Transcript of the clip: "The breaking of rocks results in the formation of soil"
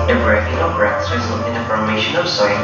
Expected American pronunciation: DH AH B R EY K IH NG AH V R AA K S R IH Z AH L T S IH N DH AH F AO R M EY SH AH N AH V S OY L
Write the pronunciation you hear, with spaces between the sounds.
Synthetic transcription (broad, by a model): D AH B R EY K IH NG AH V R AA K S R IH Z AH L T IH N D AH F AO R M EY SH AH N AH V S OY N